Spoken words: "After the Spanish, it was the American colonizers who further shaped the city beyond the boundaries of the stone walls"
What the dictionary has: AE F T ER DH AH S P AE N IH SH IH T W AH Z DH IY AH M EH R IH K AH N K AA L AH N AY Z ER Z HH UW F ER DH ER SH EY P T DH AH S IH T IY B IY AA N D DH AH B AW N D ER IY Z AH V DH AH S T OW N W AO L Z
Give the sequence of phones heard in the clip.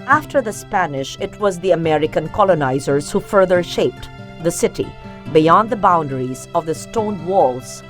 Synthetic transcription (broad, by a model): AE F T ER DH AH S P AE N IH SH IH T W AH Z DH IY AH M EH R IH K AH N K AA L AH N AY Z ER Z HH UW F ER DH ER SH EY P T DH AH S IH T IY B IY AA N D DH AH B AW N D ER IY Z AH V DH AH S T OW N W AO L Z